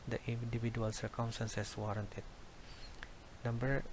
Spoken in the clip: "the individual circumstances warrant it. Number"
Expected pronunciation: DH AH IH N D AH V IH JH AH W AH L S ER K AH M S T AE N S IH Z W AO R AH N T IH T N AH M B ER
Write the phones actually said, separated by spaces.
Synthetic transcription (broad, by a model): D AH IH N D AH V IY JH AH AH L S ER K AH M S T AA N S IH S W AO R AH N T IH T N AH M B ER